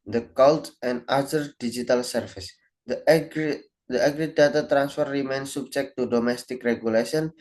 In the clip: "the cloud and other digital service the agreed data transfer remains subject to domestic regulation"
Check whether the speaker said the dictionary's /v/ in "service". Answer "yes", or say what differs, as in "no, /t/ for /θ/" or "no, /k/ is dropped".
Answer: no, /f/ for /v/